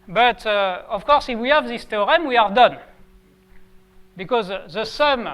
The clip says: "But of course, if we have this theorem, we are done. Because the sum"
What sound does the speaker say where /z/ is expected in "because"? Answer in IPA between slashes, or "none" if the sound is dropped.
/z/